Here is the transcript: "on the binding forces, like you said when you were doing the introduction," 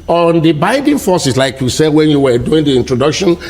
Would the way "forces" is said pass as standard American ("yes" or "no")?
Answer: no